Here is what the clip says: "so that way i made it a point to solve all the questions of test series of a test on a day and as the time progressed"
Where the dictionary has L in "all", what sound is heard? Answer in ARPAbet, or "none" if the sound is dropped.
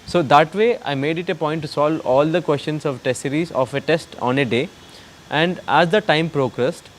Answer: L